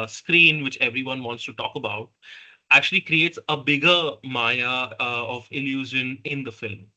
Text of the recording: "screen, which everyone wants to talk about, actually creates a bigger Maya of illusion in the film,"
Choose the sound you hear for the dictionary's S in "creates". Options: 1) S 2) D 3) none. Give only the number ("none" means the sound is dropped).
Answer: 1